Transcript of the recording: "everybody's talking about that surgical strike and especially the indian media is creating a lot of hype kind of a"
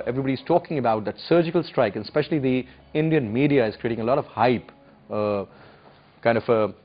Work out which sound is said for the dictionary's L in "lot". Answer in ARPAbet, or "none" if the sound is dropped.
L